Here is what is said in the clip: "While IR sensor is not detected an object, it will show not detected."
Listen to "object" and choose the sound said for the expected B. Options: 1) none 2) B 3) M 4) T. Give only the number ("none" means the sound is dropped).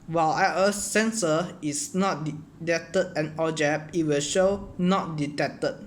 1